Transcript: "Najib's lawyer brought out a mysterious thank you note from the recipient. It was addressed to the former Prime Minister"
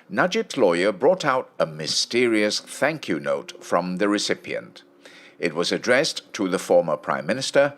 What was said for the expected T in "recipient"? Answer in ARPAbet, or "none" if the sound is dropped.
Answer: T